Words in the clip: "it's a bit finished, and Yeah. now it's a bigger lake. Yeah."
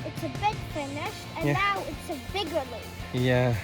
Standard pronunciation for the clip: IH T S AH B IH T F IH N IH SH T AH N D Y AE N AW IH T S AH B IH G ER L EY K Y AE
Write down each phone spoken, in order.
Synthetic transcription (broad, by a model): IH T S AH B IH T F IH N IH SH AH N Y N AW IH T S AH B IH G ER L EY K Y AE